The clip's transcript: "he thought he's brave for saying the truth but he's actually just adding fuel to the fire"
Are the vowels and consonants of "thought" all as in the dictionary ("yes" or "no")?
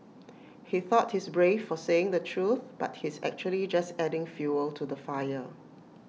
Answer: yes